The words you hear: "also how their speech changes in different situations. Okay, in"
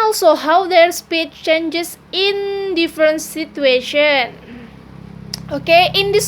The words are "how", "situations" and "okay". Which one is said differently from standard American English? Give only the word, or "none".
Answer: situations